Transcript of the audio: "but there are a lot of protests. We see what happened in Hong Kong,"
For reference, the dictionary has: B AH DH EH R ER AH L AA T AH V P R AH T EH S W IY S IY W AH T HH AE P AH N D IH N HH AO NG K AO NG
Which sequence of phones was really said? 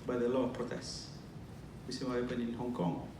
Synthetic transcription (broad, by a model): B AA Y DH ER AH L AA AH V P R AH T EH S W IY S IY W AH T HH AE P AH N IH N HH AO NG K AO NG